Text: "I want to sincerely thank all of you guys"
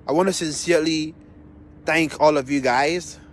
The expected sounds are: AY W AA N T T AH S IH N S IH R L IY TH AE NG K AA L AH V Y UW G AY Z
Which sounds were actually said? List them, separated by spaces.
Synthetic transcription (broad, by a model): AY W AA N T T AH S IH N S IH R L IY TH AE NG K AA L AH V Y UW G AY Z